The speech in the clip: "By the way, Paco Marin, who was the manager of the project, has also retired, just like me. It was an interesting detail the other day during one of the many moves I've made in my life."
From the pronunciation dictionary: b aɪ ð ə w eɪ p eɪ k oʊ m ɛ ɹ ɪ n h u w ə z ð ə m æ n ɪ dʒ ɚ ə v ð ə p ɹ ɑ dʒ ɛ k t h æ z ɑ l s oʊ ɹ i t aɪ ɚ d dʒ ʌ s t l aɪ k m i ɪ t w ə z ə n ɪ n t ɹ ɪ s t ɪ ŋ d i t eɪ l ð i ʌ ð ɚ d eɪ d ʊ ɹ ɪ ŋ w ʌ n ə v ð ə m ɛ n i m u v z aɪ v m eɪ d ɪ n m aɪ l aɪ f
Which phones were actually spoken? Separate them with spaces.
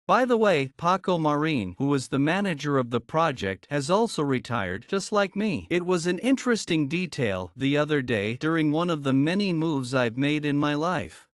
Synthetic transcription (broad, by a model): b aɪ ð ə w eɪ p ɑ k oʊ m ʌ ɹ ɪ n h u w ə z ð ə m æ n ɪ dʒ ɚ ə v ð ə p ɹ ɑ dʒ ɛ k t h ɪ z ɑ l s oʊ ɹ i t aɪ ɚ d dʒ ʌ s t l aɪ k m i ɪ t w ə z ə n ɪ n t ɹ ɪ s t ɪ ŋ d i t eɪ l ð i ʌ ð ɚ d eɪ d ʊ ɹ ɪ ŋ w ʌ n ə v ð ə m ɛ n i m u v z aɪ v m eɪ d ɪ n m aɪ l aɪ f